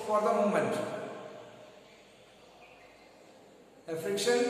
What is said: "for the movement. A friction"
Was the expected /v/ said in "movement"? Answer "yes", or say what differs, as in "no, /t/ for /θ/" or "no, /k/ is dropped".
no, /v/ is dropped